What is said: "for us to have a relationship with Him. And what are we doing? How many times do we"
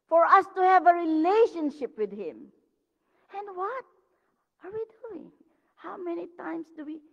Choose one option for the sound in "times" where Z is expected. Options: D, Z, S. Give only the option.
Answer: S